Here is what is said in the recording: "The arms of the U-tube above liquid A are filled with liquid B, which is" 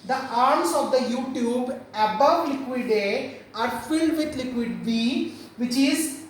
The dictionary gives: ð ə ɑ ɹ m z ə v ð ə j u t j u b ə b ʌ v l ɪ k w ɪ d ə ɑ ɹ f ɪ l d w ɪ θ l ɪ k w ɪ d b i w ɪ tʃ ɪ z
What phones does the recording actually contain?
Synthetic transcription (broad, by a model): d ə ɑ ɹ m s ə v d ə j u t j u b ə b ʌ v l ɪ k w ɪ d ə ɑ ɹ f ɪ l d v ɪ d l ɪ k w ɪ d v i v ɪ tʃ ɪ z